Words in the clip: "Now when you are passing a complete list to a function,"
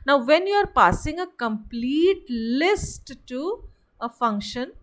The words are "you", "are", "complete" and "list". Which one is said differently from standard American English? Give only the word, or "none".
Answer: none